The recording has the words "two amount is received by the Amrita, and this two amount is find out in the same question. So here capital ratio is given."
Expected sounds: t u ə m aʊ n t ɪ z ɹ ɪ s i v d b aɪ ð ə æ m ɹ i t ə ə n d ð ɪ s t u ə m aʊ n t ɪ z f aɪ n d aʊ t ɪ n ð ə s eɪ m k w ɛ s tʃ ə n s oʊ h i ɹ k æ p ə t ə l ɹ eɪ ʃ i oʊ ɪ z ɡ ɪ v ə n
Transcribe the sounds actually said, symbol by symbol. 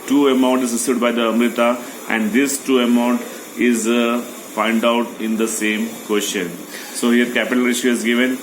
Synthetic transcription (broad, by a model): t u ə m aʊ n t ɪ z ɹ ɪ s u d b aɪ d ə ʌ m ɹ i t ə ə n d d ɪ s t u ə m aʊ n t ɪ z f aɪ n d aʊ t ɪ n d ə s eɪ m k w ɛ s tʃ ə n s oʊ h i ɹ k æ p ə t ə l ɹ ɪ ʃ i ɪ z ɡ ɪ v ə n